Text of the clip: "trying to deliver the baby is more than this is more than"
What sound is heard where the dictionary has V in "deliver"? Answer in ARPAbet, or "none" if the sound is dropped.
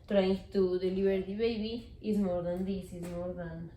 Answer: B